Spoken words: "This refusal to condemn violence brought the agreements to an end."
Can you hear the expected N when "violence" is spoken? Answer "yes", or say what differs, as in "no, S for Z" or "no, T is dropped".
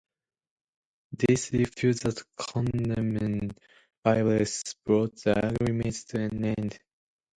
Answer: no, N is dropped